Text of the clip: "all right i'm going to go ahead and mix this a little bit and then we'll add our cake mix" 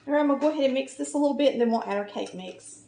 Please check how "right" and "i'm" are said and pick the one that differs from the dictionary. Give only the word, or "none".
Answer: right